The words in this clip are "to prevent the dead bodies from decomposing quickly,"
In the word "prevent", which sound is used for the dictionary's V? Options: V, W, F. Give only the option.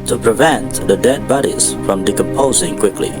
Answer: V